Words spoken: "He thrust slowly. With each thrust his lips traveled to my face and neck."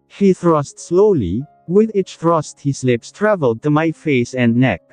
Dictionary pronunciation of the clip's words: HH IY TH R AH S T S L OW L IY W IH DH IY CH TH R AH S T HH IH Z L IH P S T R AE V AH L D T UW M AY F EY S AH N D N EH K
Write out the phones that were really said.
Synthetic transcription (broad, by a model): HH IY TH R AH S T S L OW L IY W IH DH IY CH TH R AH S T HH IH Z L IH P S T R AE V AH L D T UW M AY F EY S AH N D N EH K